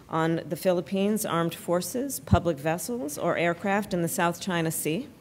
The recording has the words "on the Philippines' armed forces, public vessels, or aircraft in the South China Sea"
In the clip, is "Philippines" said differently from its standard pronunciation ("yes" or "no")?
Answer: no